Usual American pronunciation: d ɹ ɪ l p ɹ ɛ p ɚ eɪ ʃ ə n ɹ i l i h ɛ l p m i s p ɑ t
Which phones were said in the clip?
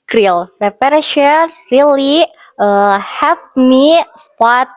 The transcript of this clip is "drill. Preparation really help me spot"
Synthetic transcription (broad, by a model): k ɹ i l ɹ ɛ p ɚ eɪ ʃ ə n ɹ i l i h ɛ p m i s p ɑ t